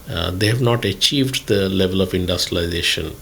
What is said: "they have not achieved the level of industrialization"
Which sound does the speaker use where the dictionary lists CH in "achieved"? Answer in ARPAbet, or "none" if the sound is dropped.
CH